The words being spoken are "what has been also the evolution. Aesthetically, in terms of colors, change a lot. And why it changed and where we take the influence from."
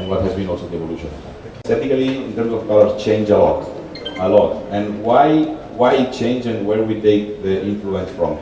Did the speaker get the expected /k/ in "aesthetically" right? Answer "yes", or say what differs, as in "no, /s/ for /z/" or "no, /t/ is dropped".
no, /k/ is dropped